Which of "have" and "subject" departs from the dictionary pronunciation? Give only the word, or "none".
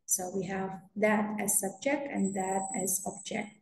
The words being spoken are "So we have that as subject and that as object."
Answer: none